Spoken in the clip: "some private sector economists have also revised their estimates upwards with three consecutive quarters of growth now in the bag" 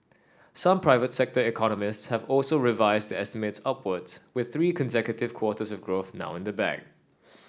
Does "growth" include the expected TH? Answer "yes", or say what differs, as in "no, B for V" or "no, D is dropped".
yes